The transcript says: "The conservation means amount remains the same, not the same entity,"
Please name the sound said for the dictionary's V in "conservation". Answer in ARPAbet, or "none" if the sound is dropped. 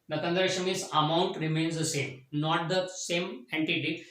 none